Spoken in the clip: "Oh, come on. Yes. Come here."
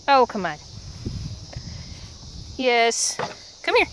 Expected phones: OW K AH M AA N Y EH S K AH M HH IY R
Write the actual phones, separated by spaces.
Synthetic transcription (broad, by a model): OW K AH M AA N Y EH S K AH M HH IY R